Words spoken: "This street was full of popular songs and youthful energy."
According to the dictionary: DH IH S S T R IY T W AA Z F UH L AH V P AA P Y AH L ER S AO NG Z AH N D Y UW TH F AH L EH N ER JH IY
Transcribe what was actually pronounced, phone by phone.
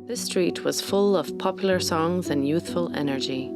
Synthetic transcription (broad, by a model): DH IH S S T R IY T W AA Z F UH L AH V P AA P Y L ER S AO NG Z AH N Y UW TH F AH L EH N ER JH IY